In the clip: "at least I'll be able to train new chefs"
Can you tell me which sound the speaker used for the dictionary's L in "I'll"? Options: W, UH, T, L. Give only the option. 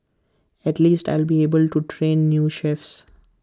L